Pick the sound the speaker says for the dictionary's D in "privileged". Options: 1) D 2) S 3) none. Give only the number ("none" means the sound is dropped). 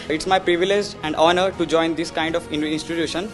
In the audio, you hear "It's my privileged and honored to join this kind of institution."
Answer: 3